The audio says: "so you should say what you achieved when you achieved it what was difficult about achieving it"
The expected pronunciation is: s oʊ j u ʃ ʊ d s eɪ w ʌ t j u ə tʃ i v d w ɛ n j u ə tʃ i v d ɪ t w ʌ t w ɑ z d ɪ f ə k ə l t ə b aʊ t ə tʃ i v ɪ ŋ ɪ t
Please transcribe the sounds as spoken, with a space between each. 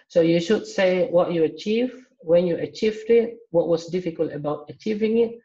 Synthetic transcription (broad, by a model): s oʊ j u ʃ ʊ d s eɪ w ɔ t j u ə tʃ i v w ɛ n j u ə tʃ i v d ɪ t w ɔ t w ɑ s d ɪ f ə k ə l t ə b aʊ t ə tʃ i v ɪ ŋ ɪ t